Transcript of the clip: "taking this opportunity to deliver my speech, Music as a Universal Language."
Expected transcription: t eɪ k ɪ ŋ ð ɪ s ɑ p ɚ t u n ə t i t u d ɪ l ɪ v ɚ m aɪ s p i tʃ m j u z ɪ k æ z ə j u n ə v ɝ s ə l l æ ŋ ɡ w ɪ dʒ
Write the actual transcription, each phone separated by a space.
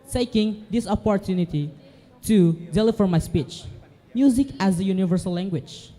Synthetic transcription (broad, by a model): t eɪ k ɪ ŋ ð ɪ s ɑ p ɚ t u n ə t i t u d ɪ l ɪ f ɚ m aɪ s p i tʃ m j u z ɪ k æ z ə j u n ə v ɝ s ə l l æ ŋ ɡ w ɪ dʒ